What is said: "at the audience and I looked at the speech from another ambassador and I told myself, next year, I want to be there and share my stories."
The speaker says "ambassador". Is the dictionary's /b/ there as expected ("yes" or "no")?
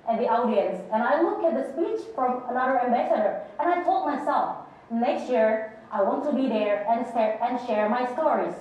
yes